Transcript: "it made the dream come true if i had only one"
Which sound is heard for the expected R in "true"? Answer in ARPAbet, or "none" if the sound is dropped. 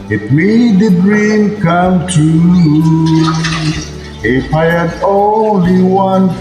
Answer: none